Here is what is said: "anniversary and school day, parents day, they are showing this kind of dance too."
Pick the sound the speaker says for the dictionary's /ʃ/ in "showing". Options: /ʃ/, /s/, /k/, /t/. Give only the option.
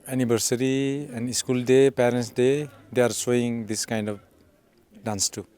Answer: /s/